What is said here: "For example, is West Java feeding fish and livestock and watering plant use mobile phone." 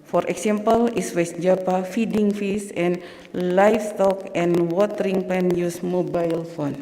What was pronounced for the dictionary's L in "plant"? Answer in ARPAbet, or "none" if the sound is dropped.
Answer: none